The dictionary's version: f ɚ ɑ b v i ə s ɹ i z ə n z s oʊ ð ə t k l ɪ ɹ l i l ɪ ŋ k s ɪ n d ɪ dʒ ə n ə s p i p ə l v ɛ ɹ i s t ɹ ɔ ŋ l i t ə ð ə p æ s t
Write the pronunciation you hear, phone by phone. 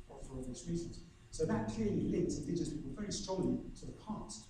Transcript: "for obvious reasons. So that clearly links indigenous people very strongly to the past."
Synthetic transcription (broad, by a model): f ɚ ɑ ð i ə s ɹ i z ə z s oʊ ð ə t k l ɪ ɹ l i l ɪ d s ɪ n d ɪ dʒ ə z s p i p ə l v ɛ ɹ i s t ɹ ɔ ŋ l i t ə ð ə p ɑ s t